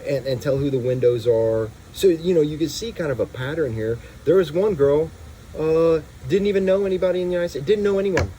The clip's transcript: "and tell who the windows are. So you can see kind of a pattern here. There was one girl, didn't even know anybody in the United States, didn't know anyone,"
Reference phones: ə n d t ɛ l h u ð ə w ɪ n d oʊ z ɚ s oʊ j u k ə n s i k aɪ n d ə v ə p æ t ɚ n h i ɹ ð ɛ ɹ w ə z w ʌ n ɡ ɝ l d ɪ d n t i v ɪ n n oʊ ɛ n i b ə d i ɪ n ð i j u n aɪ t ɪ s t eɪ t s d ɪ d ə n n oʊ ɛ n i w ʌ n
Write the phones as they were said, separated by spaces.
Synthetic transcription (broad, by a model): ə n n t ɛ l h u ð ə w ɪ n d oʊ z ɚ s oʊ j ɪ k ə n s i k aɪ n d ə v ə p æ t ɚ n h i ɹ ð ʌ ɹ z w ʌ n ɡ ɝ l d ɪ d n t i v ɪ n n oʊ ɛ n i b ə d i ɪ n ð i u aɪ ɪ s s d ɪ d n n oʊ ɛ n i w ʌ n